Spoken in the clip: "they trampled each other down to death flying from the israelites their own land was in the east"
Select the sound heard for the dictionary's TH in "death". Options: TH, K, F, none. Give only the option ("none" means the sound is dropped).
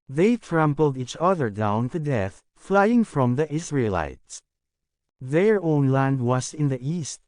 TH